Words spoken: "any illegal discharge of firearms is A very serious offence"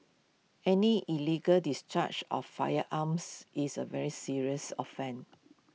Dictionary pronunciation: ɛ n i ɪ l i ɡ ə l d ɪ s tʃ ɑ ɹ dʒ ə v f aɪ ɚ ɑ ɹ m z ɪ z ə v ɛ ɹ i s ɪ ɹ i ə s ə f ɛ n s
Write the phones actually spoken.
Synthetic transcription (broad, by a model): ɛ n i ɪ l i ɡ ə l d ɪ s tʃ ɑ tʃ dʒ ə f aɪ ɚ ɑ m s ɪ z ə v ɛ ɹ i s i ɹ i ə s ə f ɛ n